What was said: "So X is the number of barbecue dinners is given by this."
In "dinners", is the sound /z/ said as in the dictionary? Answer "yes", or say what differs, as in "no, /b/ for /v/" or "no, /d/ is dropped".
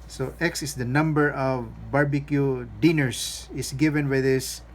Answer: no, /s/ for /z/